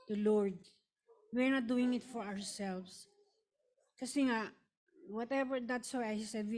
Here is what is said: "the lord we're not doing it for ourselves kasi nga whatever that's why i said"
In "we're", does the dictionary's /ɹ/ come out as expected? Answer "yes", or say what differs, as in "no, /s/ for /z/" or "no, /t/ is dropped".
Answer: yes